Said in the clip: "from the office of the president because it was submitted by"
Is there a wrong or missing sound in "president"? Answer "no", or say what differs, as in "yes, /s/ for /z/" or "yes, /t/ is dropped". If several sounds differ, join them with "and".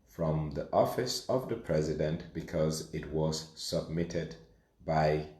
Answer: no